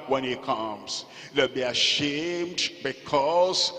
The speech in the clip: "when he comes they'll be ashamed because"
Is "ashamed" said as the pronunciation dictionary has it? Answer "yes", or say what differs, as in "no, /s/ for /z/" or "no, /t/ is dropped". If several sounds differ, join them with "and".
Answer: yes